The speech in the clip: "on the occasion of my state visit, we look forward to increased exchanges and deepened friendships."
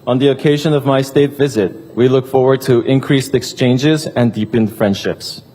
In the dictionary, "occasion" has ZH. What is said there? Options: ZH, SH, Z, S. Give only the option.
ZH